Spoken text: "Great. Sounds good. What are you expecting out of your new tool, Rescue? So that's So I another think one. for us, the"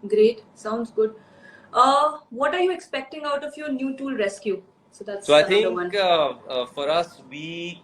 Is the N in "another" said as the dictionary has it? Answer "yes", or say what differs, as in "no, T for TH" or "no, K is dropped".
no, N is dropped